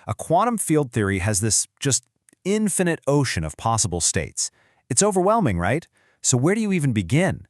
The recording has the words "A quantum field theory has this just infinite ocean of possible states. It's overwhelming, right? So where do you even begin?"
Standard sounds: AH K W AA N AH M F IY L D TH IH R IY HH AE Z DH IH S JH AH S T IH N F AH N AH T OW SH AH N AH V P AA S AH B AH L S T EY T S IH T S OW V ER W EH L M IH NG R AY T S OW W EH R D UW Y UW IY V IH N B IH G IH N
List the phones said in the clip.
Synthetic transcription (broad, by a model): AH K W AA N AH M F IY L D TH IH R IY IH Z DH IH S JH AH S T IH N F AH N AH T OW SH AH N AH V P AA S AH B L S T EY T S IH T S OW V ER W EH L M IH NG R AY T S OW W EH R D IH Y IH IY V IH N B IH G IH N